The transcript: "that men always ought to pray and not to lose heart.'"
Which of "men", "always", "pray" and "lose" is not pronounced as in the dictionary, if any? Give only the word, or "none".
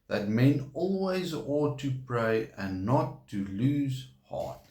none